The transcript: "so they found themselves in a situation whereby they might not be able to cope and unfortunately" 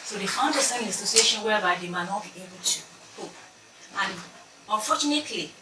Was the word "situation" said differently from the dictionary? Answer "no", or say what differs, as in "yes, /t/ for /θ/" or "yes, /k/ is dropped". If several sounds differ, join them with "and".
yes, /s/ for /tʃ/